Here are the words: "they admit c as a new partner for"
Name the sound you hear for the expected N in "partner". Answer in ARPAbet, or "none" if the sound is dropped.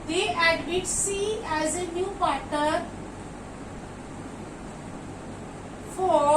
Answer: none